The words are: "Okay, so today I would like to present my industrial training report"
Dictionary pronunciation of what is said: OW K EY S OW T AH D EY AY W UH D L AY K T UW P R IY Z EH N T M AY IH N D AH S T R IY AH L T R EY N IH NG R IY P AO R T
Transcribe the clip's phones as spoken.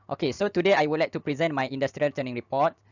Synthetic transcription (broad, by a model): OW K EY S OW T AH D EY AY W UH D L AY K T UW P R IY Z EH N T M AY IH N D AH S T R IY AH L T EY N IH NG R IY P AO T